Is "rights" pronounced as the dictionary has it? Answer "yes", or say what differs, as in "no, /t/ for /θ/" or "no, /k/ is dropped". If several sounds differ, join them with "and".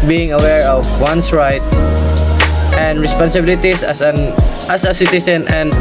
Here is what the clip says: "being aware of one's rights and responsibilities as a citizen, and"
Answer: no, /s/ is dropped